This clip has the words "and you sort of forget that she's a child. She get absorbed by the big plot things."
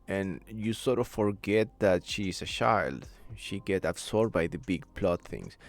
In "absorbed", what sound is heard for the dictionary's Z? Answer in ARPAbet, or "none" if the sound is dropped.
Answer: S